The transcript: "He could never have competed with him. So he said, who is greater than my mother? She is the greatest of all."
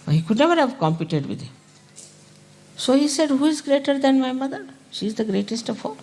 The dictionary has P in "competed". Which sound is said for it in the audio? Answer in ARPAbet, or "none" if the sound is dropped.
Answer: P